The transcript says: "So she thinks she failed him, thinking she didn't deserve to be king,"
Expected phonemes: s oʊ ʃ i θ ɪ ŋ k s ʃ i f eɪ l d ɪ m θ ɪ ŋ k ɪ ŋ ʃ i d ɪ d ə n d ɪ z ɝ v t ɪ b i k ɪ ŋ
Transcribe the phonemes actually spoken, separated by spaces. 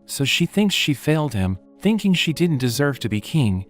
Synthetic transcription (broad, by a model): s oʊ ʃ i θ ɪ ŋ k s ʃ i f eɪ l d ɪ m θ ɪ ŋ k ɪ ŋ ʃ i d ɪ d n d ɪ z ɝ v t ɪ b i k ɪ ŋ